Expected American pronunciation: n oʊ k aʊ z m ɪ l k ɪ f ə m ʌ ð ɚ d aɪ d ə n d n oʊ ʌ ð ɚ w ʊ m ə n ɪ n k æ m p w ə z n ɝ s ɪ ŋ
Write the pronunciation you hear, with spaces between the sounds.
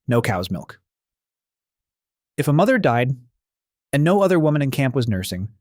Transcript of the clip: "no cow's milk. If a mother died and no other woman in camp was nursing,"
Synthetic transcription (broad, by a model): n oʊ k aʊ z m ɪ l k ɪ f ə m ʌ ð ɚ d aɪ d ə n n oʊ ʌ ð ɚ w ʊ m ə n ɪ n k æ m p w ə z n ɝ s ɪ ŋ